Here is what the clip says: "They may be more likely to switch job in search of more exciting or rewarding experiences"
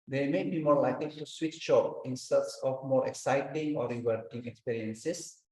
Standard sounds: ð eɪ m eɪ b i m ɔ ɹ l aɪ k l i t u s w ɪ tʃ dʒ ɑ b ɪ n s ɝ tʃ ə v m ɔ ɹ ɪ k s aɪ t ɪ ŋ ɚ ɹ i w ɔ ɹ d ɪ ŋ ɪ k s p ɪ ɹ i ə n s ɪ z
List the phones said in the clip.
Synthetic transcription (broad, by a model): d eɪ m eɪ b i m ɔ ɹ l aɪ k l i t u s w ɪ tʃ ʃ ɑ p ɪ n s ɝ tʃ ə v m ɔ ɹ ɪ k s aɪ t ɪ ŋ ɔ ɹ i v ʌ ɹ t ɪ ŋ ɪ k s p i ɹ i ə n s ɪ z